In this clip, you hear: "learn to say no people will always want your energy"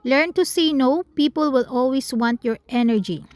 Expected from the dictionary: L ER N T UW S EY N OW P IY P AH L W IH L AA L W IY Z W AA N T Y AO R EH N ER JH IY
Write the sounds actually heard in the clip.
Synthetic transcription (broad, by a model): L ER N T UW S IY N OW P IY P AH L W IH L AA L W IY S W AA N T Y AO R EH N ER JH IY